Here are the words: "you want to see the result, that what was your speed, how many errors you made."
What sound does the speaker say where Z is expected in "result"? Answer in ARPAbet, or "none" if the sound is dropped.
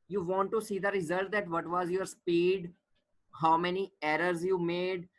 Z